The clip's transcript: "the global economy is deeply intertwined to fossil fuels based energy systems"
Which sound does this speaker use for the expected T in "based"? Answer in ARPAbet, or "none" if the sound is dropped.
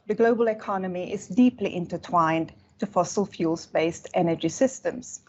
T